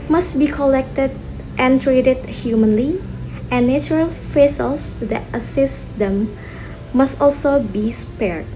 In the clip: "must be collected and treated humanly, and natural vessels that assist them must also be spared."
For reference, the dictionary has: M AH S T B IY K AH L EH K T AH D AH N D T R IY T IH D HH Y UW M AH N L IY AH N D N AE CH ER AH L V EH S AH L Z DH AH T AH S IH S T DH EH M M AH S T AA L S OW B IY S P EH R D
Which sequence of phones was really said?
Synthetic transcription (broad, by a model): M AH S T B IY K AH L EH K T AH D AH N T R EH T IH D HH Y UW M AH N L IY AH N N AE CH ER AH L F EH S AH L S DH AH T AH S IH S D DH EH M M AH S T AA L S OW B IY S P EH R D